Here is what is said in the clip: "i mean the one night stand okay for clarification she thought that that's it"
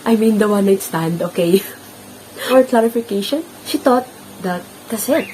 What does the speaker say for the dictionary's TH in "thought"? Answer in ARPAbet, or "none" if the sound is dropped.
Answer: T